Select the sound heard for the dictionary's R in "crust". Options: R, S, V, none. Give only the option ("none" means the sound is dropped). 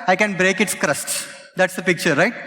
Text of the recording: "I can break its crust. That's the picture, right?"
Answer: R